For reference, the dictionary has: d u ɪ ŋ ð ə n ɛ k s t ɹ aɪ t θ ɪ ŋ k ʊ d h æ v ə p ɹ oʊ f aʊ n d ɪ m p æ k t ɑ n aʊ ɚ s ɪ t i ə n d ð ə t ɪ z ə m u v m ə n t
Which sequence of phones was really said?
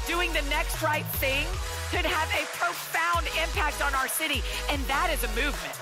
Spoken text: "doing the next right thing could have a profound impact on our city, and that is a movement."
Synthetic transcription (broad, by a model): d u ɪ ŋ ð ə n ɛ k s t ɹ aɪ t θ ɪ ŋ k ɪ d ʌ v ə p ɹ oʊ f aʊ n d ɪ m p æ k t n aʊ ɚ s ɪ t i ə n ð ə t ɪ z ə m u v m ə n t